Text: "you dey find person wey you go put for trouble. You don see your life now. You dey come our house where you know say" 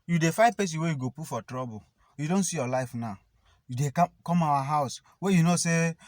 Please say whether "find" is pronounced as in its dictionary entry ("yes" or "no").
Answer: no